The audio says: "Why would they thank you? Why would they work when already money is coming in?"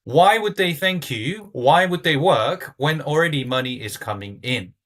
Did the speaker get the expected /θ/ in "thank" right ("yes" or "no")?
yes